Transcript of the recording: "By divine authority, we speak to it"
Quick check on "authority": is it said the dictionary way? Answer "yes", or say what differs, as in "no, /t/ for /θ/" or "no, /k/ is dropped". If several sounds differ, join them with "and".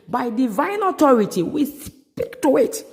no, /t/ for /θ/